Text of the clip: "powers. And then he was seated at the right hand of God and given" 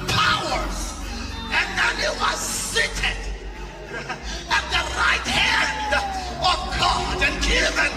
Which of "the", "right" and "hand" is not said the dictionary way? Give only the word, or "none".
none